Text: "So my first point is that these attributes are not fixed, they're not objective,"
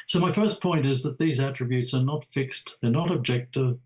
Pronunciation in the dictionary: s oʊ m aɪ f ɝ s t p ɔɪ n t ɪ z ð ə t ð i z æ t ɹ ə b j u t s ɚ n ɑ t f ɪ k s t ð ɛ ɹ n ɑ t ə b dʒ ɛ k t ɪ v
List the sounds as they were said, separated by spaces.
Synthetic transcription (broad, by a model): s oʊ m aɪ f ɝ s p ɔɪ n t ɪ z ð ə t ð i z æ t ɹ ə b j u t s ɚ n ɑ t f ɪ k s t ð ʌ ɹ n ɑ t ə b dʒ ɛ k t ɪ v